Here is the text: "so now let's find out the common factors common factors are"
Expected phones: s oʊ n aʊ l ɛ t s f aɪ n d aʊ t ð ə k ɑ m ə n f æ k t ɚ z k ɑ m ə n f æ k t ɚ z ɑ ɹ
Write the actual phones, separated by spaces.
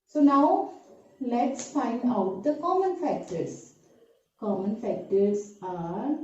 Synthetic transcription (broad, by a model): s oʊ n aʊ l ɛ t s f aɪ n d aʊ t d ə k ɑ m ə n f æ k t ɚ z k ɑ m ə n f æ k t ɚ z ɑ ɹ